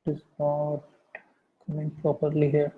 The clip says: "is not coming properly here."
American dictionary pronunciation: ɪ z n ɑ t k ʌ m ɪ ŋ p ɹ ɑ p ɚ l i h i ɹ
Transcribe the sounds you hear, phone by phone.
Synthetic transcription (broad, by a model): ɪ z n ɑ t k ʌ m ɪ ŋ p ɹ ɑ p ɚ l i h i ɹ